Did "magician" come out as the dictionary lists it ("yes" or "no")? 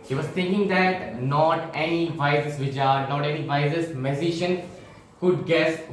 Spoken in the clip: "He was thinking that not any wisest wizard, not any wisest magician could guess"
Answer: no